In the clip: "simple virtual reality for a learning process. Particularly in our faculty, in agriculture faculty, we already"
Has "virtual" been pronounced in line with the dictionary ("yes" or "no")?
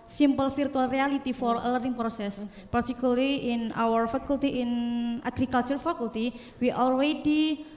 no